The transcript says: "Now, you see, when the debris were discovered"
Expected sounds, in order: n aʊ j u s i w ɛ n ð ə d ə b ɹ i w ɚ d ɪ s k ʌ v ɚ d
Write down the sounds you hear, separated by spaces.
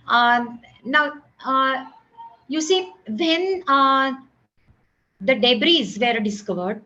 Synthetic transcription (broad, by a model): n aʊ j u s i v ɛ n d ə d ə b ɹ i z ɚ d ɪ s k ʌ v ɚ d